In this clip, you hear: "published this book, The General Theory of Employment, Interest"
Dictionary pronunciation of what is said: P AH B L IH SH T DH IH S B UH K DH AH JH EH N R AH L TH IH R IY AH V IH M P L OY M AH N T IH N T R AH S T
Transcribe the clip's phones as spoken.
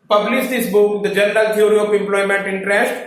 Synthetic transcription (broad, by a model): P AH B L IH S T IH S B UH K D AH JH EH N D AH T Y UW R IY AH P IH M P L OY M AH N T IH N T R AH S T